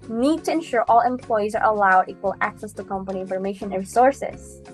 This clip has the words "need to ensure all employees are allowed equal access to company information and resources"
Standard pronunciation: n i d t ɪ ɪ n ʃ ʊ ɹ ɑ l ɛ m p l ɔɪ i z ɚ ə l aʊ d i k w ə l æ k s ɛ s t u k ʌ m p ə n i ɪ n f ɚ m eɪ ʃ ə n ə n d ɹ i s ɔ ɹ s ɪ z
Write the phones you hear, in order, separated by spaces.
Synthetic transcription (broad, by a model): n i d t ɪ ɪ n ʃ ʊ ɹ ɑ l ɛ m p l ɔɪ i z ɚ ə l aʊ d i k w ə l æ k s ɛ s t u k ʌ m p ə n i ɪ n f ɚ m eɪ ə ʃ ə n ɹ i s ɔ ɹ s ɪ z